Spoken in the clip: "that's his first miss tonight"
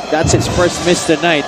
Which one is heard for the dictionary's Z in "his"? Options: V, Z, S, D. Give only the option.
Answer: S